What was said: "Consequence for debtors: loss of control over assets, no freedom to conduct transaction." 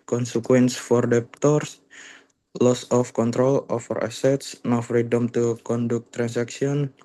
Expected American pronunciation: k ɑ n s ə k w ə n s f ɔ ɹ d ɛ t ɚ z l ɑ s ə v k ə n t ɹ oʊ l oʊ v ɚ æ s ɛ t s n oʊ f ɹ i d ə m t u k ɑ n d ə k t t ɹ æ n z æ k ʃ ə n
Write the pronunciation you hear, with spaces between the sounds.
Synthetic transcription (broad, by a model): k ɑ n s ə k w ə n s f ɔ ɹ d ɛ t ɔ s l ɑ s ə f k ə n t ɹ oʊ l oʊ f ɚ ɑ s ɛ t s n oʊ f ɹ i d ə m t u k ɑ n d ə k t t ɹ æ n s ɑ k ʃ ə n